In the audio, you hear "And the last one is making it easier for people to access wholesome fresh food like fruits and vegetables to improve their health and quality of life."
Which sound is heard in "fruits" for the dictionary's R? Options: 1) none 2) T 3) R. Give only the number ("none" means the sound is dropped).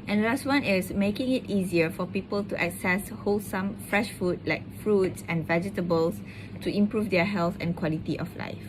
3